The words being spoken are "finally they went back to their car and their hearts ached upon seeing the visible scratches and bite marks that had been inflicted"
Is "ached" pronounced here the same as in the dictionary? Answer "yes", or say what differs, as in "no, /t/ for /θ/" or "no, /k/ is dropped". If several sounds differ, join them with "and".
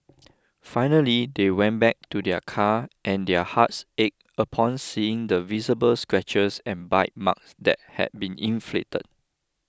no, /t/ is dropped